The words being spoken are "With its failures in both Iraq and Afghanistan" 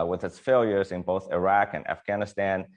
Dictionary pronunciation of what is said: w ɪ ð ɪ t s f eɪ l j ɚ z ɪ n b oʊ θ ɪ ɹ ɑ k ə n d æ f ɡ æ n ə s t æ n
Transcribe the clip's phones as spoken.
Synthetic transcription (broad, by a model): w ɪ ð ɪ t s f eɪ l j ɚ z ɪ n b oʊ θ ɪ ɹ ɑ k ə n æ f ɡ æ n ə s t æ n